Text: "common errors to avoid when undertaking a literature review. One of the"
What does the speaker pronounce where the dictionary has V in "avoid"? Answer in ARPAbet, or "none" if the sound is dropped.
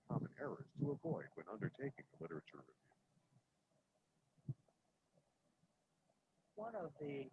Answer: V